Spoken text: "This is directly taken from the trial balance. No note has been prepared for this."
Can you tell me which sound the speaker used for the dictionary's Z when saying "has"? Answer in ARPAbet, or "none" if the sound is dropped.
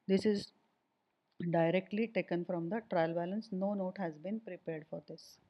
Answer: Z